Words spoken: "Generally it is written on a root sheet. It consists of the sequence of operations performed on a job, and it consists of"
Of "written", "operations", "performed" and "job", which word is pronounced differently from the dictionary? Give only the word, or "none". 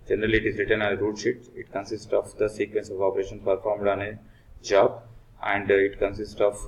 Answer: operations